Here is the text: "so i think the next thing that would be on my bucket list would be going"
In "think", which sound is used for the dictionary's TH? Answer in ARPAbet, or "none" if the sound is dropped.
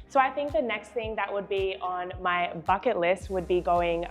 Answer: TH